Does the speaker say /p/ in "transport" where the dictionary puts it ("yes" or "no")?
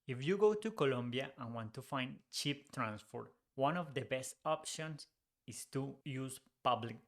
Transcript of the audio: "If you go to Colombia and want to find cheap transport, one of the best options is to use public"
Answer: no